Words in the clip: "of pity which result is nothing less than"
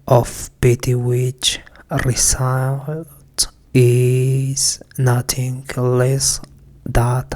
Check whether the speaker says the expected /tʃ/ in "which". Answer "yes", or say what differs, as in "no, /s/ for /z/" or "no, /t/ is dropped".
yes